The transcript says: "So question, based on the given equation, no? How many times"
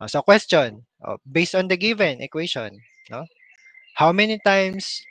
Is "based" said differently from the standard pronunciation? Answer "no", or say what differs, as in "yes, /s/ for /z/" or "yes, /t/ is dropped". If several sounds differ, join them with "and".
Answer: no